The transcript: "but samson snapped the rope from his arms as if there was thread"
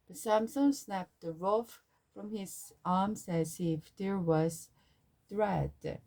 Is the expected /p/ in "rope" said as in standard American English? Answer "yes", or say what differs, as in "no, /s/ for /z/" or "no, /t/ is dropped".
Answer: no, /f/ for /p/